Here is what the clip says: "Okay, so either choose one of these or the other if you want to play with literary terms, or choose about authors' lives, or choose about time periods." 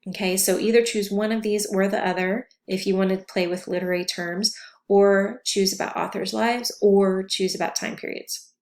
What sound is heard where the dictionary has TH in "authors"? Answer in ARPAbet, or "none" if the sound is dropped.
TH